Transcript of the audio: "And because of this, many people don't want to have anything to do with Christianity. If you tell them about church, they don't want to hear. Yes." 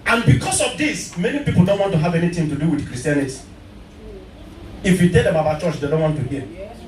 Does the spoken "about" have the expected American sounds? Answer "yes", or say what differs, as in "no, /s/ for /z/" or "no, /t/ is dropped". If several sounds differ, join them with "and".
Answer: no, /b/ is dropped